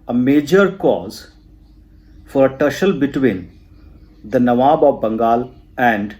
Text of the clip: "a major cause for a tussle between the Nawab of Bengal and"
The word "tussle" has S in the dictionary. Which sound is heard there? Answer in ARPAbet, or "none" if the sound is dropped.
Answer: SH